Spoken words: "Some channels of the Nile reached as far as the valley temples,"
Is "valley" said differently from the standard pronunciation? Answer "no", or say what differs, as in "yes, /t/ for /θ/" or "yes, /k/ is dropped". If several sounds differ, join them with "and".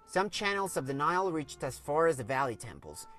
no